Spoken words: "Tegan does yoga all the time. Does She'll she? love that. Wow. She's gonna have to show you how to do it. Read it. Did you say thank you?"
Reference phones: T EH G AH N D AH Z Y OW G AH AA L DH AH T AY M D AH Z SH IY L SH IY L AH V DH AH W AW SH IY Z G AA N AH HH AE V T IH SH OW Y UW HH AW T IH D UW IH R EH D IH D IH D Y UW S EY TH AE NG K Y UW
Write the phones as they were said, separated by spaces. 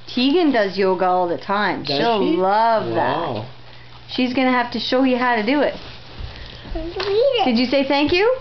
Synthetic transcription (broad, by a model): T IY G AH N D AH Z Y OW G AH AA L DH AH T AY M SH IY L L AH V DH AH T SH IY Z G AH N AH HH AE F T IH SH OW Y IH HH AW T IH D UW IH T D IH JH IH S EY TH AE NG K Y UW